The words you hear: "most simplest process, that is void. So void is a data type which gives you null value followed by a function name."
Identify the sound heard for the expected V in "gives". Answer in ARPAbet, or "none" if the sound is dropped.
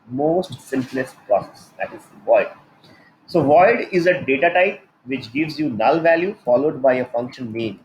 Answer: V